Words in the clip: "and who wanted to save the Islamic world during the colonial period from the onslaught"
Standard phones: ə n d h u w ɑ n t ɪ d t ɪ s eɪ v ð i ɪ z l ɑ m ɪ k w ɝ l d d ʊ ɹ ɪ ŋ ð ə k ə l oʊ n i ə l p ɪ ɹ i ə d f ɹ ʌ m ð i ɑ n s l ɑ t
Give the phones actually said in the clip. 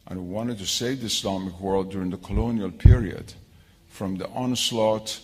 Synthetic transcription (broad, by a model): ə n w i w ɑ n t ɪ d t ɪ s eɪ v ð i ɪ s l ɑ m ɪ k w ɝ l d d ʊ ɹ ɪ ŋ ð ə k ə l oʊ n i ə l p ɪ ɹ i ə d f ɹ ʌ m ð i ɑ n s l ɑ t